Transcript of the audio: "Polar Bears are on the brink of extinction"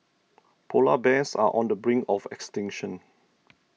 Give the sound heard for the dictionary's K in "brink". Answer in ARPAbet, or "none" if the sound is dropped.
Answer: none